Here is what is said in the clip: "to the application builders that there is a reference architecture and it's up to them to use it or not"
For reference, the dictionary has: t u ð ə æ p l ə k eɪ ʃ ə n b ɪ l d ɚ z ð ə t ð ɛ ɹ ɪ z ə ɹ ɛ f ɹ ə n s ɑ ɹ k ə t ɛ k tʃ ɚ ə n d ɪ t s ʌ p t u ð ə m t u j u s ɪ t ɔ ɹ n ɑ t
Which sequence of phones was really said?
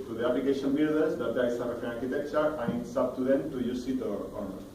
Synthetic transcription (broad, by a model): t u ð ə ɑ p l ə k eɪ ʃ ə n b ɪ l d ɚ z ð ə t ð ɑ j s ə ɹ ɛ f ə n ɑ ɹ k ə t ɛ k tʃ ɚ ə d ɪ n s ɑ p t u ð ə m t u j u s ɪ t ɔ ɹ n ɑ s